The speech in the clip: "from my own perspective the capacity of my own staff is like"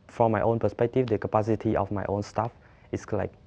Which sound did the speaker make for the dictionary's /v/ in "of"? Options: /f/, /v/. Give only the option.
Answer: /f/